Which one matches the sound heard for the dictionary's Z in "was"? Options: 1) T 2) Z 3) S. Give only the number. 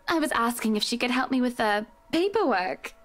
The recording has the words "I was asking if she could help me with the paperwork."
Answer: 2